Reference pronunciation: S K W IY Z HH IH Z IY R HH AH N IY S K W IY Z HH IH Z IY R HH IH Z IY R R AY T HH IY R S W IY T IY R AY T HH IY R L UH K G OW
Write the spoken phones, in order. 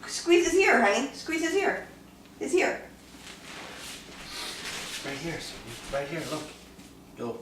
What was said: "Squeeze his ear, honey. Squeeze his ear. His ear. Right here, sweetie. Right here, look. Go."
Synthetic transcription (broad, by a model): S K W IY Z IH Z IY R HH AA IY S K W IY Z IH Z IY R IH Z IY R R AY T HH IY R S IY R AY T HH IY R L UH K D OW